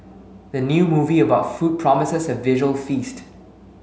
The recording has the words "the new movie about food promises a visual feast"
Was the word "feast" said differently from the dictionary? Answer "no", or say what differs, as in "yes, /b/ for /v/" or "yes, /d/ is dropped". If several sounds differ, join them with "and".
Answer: no